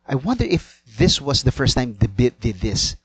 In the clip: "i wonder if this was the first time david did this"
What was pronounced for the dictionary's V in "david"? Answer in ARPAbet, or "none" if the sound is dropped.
B